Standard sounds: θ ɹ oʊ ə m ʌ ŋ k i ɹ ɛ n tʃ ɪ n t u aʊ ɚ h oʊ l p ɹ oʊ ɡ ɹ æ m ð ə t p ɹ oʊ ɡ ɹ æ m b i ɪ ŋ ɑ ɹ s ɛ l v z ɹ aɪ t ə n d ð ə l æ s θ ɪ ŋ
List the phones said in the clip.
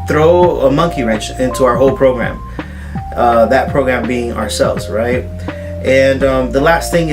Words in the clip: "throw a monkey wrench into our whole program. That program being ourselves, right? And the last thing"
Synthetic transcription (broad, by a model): θ ɹ oʊ ə m ʌ ŋ k i ɹ ɛ n tʃ ɪ n t u aʊ ɚ h oʊ l p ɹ oʊ ɡ ɹ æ m ð ə t p ɹ oʊ ɡ ɹ æ m b i ɪ ŋ ɑ ɹ s ɛ l v z ɹ aɪ t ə n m ð ə l æ s θ ɪ ŋ